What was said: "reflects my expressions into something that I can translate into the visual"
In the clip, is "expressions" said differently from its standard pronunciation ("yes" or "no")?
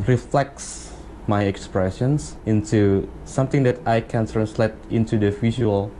yes